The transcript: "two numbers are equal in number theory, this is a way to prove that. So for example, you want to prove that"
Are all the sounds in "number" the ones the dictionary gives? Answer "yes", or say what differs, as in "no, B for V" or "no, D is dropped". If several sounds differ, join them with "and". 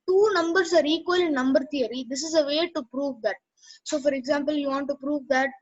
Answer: yes